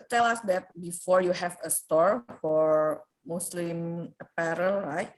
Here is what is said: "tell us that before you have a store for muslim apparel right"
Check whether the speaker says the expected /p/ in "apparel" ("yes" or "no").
yes